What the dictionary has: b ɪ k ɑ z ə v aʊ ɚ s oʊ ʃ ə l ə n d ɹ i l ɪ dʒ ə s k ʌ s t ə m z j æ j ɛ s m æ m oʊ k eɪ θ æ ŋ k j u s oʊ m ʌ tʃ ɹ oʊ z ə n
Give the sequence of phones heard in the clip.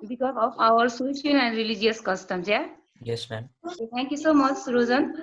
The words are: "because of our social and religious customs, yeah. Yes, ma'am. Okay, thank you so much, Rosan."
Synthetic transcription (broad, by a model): b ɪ k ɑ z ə f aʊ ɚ s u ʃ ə n ə n d ɹ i l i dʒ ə s k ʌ s t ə m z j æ j ɛ s m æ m oʊ k eɪ t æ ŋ k j u s oʊ m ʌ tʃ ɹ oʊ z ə n